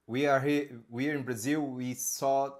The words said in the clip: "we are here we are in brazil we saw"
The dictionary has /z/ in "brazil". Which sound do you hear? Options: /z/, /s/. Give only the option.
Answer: /z/